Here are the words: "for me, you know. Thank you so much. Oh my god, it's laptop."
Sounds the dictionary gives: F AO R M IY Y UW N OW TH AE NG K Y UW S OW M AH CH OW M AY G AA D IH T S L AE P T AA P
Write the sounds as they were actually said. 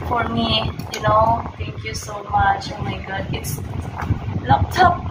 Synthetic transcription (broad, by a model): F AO R M IY Y UW N OW T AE NG K Y UW S OW M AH CH OW M AY G AA D IH T S L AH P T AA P